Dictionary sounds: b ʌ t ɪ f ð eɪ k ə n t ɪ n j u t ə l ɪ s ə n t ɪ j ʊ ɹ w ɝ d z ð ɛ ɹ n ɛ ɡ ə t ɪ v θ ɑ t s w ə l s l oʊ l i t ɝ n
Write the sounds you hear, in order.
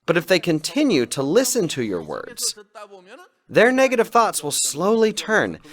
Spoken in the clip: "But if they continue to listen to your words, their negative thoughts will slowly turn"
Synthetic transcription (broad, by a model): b ʌ t ɪ f ð eɪ k ə n t ɪ n j u t ə l ɪ s ə n t ɪ j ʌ ɹ w ɝ d z ð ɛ ɹ n ɛ ɡ ə t ɪ v θ ɑ t s w ə l s l oʊ l i t ɝ n